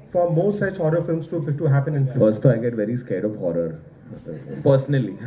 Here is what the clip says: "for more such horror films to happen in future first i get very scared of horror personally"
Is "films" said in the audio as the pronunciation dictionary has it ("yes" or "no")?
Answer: no